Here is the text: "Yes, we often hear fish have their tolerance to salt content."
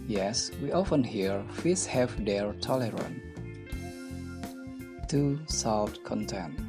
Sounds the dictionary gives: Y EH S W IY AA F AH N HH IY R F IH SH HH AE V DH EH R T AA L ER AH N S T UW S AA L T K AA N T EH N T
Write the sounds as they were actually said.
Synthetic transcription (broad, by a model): Y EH S W IY AA F AH N HH IY R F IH S HH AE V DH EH R T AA L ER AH N T UW S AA T K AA N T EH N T